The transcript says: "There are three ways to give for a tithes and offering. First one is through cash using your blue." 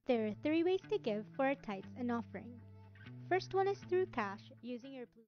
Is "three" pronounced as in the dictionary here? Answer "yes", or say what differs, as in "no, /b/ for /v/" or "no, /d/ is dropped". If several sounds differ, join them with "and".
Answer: yes